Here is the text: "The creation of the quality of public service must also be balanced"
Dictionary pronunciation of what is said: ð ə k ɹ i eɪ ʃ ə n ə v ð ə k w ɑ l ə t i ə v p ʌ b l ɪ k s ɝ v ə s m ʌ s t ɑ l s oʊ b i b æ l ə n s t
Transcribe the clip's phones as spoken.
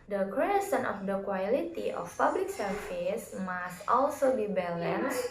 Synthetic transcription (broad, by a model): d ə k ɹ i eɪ s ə n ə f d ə k w ɑ l ə t i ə f p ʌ b l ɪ k s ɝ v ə s m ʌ s t ɑ l s oʊ b i b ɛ l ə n s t